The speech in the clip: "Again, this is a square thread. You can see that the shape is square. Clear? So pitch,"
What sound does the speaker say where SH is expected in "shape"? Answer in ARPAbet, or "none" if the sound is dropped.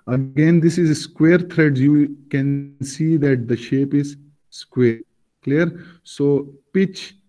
SH